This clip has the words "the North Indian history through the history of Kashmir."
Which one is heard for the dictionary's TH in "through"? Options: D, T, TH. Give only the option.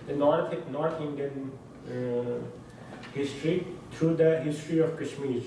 T